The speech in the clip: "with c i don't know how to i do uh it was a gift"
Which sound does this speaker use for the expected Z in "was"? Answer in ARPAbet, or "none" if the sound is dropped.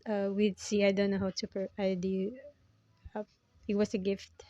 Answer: S